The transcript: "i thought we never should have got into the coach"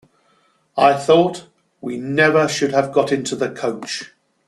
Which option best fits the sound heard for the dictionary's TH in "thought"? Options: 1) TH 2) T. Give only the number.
1